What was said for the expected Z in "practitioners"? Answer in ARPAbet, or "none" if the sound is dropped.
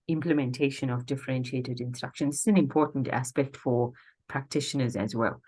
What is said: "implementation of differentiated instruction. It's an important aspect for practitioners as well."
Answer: Z